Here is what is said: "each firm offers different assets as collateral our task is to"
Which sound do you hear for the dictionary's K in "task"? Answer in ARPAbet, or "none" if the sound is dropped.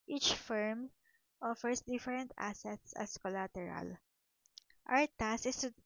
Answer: none